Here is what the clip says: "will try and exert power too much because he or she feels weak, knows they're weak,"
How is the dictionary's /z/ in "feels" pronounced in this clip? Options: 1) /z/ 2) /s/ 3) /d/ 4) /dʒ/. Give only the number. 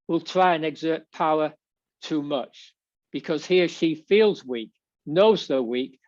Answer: 1